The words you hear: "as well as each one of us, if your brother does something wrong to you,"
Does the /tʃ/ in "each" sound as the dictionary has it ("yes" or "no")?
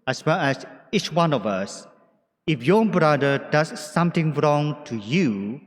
yes